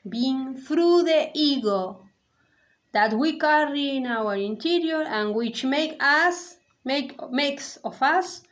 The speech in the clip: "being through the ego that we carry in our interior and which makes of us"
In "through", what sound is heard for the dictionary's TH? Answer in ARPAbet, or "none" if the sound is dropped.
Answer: F